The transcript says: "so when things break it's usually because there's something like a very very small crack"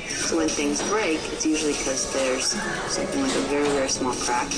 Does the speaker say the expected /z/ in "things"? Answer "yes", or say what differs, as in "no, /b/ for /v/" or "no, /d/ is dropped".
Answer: yes